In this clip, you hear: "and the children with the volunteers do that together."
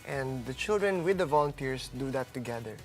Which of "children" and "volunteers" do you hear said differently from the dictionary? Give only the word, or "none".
volunteers